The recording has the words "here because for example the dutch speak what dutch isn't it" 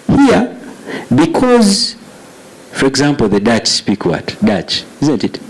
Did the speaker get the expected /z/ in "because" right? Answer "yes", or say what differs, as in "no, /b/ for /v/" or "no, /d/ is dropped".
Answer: yes